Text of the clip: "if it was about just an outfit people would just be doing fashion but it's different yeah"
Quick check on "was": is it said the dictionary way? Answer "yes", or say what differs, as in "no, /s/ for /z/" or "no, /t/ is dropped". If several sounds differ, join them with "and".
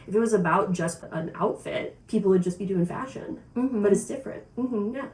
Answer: yes